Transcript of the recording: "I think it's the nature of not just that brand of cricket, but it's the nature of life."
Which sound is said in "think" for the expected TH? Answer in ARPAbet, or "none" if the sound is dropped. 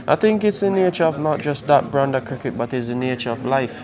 TH